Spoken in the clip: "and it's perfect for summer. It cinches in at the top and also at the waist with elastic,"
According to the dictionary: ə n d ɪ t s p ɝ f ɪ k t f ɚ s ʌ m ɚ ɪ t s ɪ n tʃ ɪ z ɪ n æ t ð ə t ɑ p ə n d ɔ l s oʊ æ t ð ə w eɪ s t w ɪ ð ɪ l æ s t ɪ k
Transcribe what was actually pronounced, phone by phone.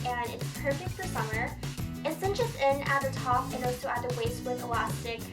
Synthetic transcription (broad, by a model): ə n ɪ t s p ɝ f ɪ k t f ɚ s ʌ m ɚ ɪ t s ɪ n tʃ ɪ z ɪ n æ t ð ə t ɑ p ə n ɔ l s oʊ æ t ð ə w eɪ s t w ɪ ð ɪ l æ s t ɪ k